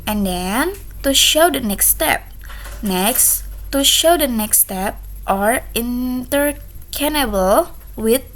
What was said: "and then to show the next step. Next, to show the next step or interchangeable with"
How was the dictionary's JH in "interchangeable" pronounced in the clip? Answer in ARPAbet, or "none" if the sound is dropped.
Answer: none